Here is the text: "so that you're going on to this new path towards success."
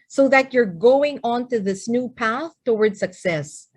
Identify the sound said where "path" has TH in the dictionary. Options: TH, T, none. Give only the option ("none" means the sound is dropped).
TH